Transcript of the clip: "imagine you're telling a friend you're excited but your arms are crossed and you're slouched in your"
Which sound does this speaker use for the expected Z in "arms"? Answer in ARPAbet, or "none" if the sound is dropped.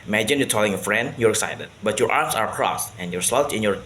S